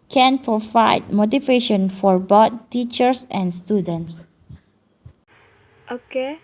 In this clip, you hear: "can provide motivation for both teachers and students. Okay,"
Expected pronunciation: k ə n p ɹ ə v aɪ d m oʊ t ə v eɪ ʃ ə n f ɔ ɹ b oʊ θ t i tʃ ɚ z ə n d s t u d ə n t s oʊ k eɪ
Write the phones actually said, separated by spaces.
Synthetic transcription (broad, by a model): k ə n p ɹ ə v aɪ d m oʊ t ə v eɪ ʃ ə n f ɔ ɹ b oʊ t t i tʃ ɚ s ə n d s t u d ə n t s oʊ k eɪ